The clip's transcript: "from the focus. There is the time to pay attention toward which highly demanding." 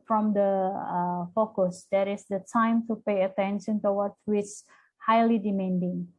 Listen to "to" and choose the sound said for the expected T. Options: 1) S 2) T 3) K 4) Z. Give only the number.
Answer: 2